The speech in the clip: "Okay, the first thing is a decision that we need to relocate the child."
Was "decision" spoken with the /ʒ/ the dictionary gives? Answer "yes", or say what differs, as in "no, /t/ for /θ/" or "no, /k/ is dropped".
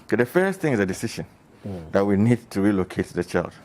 no, /ʃ/ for /ʒ/